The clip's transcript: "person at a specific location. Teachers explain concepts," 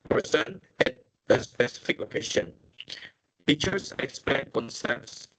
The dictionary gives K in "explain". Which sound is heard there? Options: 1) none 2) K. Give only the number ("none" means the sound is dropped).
2